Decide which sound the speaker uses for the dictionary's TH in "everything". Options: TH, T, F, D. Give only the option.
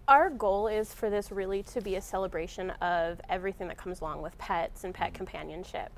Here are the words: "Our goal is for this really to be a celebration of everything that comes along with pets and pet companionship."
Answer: TH